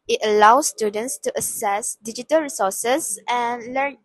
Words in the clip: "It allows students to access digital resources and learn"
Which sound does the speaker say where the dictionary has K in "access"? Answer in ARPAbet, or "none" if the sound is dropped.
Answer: none